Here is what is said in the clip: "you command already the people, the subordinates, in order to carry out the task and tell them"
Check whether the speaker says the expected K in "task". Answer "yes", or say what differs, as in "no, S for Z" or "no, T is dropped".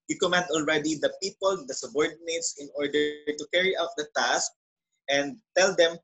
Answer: yes